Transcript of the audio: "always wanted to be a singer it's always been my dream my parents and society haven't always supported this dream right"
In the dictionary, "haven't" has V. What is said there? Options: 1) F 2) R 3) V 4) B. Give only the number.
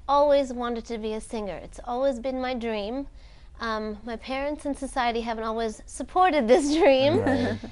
3